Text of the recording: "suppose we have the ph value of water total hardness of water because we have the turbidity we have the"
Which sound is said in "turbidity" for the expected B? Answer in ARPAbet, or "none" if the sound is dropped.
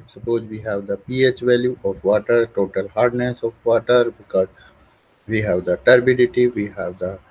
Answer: B